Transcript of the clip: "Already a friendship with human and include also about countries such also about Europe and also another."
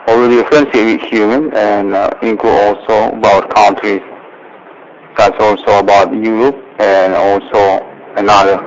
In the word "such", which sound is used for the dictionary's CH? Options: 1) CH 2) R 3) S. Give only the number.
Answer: 3